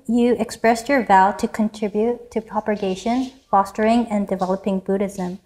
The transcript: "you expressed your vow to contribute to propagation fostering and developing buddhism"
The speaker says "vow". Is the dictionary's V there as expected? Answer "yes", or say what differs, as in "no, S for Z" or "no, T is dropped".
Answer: yes